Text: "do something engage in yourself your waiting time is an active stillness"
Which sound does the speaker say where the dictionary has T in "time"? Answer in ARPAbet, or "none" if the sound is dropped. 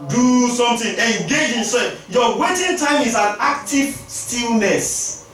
T